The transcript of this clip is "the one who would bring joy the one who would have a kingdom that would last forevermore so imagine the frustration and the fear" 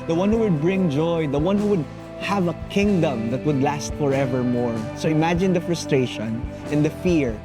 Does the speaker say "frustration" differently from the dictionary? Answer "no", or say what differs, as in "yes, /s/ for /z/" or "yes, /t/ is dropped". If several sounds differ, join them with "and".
no